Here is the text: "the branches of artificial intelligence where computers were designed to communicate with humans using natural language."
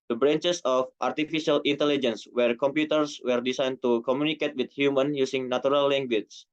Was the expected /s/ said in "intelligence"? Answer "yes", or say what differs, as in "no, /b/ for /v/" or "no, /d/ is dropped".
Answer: yes